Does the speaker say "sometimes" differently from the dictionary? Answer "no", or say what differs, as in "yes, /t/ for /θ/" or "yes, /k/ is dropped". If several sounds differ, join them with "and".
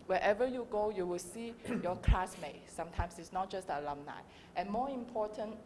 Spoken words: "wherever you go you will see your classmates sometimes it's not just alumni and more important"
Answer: yes, /s/ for /z/